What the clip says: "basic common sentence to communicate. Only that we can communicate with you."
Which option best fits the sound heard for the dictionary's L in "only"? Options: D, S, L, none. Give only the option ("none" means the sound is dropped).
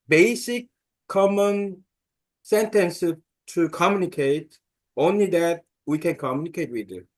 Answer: L